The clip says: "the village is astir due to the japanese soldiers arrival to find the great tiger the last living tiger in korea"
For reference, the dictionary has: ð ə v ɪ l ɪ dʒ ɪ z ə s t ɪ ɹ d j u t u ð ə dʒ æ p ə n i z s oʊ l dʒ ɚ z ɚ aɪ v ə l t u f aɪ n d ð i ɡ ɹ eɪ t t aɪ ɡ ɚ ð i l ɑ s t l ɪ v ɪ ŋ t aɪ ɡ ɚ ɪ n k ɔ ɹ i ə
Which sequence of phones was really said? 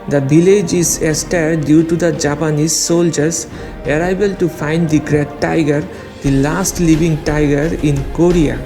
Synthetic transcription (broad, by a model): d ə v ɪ l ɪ dʒ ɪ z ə s t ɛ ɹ d j u t u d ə dʒ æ p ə n i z s oʊ l dʒ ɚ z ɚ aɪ b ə l t u f aɪ n d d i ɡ ɹ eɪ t t aɪ ɡ ɚ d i l ɑ s t l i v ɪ ŋ t aɪ ɡ ɚ ɪ n k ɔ ɹ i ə